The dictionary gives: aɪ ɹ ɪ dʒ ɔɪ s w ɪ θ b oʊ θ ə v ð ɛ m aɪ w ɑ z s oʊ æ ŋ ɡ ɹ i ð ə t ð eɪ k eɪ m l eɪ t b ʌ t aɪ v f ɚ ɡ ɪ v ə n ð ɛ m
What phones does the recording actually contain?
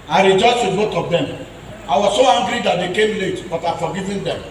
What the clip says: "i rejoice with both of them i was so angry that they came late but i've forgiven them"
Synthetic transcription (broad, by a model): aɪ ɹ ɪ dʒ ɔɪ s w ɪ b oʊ t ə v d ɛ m aɪ w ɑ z s oʊ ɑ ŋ ɡ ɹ i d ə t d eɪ k eɪ m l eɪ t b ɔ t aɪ f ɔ ɡ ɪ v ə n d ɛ m